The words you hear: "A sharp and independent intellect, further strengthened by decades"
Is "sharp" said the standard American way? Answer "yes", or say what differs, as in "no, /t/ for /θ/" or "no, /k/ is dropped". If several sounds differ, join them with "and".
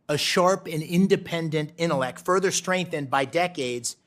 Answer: yes